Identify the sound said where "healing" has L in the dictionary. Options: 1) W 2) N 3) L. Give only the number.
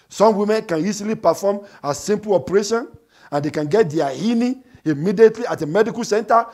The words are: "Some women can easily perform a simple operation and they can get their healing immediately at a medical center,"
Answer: 2